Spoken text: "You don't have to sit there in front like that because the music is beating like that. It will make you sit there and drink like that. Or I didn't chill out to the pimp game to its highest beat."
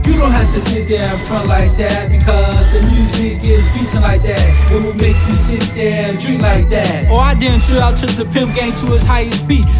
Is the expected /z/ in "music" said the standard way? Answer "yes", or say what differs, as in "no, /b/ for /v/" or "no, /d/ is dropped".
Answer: yes